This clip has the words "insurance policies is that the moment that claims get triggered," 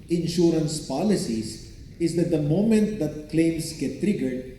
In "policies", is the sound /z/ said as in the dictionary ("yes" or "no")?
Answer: no